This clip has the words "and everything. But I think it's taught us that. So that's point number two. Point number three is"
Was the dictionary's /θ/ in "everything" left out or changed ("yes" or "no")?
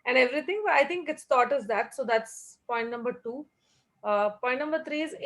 yes